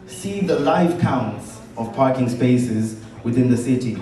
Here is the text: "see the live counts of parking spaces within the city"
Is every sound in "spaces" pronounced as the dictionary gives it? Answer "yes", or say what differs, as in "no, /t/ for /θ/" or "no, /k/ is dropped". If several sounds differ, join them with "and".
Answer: yes